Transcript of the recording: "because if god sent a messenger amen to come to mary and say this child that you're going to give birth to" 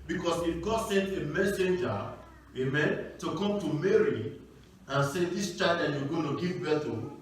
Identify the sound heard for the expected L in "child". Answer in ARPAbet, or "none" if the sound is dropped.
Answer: none